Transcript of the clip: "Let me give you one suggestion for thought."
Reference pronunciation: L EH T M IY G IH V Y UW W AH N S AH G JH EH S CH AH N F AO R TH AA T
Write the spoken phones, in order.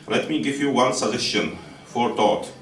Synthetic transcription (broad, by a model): L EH T M IY G IH V Y UW W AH N S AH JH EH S SH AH N F AO R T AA T